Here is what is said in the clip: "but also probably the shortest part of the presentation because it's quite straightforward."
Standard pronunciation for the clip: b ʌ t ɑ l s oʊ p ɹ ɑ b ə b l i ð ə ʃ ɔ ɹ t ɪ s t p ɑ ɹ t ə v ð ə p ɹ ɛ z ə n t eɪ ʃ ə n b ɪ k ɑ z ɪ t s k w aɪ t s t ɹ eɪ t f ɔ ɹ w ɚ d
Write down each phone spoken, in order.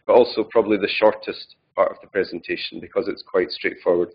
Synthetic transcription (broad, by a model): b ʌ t ɑ l s oʊ p ɹ ɑ b ə b l i ð ə ʃ ɔ ɹ t ɪ s t p ɑ ɹ t ə v ð ə p ɹ ɛ z ə n t eɪ ʃ ə n b ɪ k ɑ z ɪ t s k w aɪ t s t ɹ eɪ t f ɔ ɹ w ɚ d